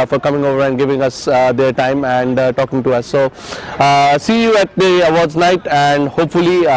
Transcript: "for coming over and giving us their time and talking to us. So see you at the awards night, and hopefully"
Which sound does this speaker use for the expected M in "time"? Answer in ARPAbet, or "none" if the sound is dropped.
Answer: M